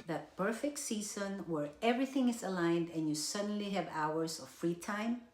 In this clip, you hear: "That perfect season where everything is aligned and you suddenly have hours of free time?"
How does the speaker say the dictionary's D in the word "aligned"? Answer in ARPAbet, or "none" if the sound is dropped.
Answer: D